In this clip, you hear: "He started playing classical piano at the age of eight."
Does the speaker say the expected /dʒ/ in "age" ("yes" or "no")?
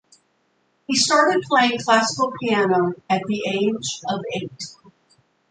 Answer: yes